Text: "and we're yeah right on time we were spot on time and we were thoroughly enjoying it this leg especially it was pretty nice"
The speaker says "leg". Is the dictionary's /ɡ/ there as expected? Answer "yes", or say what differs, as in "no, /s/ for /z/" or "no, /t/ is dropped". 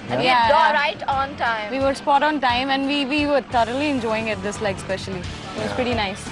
no, /ɡ/ is dropped